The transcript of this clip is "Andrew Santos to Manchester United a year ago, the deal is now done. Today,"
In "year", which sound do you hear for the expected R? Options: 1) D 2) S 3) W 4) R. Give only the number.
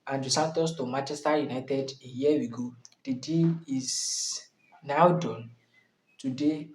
3